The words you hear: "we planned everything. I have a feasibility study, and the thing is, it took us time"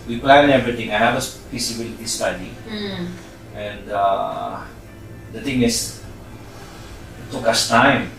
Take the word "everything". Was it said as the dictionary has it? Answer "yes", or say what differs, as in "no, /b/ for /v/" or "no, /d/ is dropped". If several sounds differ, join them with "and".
no, /t/ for /θ/